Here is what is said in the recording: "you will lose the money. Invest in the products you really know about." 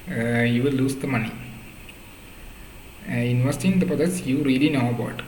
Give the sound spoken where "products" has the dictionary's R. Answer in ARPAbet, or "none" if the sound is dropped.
none